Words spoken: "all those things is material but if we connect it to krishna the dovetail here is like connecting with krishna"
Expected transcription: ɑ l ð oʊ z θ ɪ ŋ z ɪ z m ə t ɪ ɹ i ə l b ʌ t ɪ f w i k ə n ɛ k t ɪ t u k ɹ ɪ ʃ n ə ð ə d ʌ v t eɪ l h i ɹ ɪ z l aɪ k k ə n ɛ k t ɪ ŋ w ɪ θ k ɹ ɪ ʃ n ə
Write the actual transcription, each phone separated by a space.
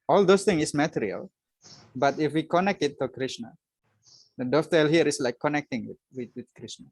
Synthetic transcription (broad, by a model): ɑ l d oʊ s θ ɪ ŋ ɪ s m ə t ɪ ɹ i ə l b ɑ t ɪ f w i k ə n ɛ k t ɪ t u k ɹ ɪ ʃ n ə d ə d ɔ f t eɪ l h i ɹ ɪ s l aɪ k k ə n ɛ k t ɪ ŋ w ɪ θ k ɹ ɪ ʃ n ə